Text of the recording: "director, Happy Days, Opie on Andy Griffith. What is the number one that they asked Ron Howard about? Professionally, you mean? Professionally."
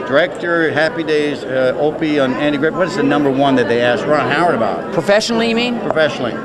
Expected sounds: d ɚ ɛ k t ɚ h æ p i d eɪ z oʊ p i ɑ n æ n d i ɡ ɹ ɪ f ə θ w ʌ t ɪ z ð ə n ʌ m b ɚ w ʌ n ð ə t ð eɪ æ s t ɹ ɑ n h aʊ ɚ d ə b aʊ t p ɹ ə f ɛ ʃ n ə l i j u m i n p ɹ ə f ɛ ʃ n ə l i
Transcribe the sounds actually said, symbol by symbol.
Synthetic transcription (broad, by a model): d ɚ ɛ k t ɚ h æ p i d eɪ z oʊ p i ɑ n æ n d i ɡ ɹ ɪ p w ʌ t ɪ z ð ə n ʌ m b ɚ w ʌ n ð ə t ð eɪ æ s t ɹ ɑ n h aʊ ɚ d ə b aʊ t p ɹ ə f ɛ ʃ n l i j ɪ m i n p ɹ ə f ɛ ʃ n l i